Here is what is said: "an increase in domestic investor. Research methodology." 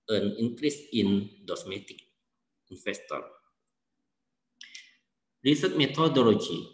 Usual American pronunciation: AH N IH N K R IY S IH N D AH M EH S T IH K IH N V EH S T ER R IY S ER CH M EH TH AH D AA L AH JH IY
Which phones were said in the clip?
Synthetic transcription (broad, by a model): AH N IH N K R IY S IH N D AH M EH T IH K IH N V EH S T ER R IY S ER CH M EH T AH D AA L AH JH IY